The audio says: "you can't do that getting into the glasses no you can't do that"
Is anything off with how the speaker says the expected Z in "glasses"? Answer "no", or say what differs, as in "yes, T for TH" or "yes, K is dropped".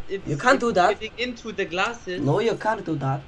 yes, Z is dropped